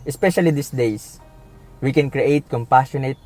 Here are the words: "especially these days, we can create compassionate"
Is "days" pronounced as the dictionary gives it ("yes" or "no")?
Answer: no